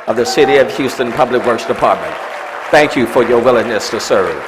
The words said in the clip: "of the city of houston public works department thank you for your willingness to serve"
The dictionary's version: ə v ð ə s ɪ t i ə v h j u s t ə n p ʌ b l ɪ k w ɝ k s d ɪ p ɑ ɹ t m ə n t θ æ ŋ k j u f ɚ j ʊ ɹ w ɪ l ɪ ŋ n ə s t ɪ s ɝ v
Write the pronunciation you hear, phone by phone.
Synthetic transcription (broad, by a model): ə v ð ə s ɪ t i ə v h j u s t ə n p ʌ b l ɪ k w ɝ k s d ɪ p ɑ ɹ t m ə n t θ æ ŋ k j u f ɚ j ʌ ɹ w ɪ l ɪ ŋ n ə s t ɪ s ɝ